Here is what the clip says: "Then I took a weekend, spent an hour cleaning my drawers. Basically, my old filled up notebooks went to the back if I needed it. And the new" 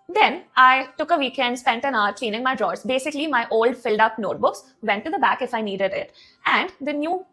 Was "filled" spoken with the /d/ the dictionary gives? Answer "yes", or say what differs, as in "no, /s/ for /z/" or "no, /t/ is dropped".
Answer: yes